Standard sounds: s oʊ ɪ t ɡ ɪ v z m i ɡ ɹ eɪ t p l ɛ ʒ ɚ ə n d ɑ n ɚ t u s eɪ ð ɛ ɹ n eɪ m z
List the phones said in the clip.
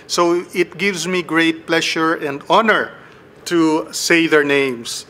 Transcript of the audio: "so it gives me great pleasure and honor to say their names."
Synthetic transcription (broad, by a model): s oʊ ɪ t ɡ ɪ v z m i ɡ ɹ eɪ t p l ɛ ʃ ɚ ə n d ɑ n ɚ t u s eɪ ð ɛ ɹ n eɪ m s